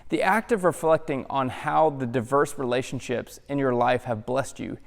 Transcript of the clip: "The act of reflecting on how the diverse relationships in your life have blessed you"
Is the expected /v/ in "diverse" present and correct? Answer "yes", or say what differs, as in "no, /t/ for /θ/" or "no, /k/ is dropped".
yes